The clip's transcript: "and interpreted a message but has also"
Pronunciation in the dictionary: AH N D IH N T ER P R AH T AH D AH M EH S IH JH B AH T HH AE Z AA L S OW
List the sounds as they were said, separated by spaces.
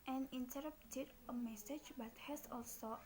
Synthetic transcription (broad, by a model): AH N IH N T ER R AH T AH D AH M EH S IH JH B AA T HH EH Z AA L S OW